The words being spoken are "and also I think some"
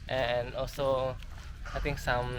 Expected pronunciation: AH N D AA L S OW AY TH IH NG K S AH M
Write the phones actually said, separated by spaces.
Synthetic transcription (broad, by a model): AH N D AA L S OW AY T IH NG K S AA M